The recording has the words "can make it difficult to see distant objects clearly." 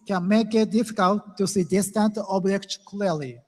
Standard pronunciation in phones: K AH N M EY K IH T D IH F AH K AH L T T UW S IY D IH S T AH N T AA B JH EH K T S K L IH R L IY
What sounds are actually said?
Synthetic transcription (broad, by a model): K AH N M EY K IH T D IH F AH K AH L T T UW S IY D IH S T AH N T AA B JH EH K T K L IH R L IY